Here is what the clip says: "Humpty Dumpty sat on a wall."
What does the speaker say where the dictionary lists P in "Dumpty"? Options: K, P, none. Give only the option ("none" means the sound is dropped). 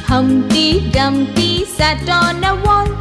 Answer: none